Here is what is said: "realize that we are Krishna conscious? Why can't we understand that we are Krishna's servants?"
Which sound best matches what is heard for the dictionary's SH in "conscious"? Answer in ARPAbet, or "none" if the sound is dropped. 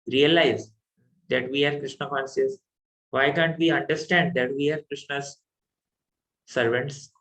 S